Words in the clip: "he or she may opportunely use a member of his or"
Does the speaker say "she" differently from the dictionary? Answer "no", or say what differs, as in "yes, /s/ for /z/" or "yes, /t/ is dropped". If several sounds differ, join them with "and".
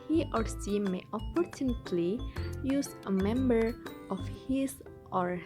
yes, /s/ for /ʃ/